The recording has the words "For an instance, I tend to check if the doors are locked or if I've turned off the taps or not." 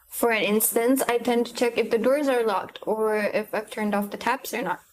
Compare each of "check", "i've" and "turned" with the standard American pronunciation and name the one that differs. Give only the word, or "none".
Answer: none